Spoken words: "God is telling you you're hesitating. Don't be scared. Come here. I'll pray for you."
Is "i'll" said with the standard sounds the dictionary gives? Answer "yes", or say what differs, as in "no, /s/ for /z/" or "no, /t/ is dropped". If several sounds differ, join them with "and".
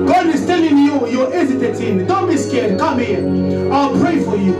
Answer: yes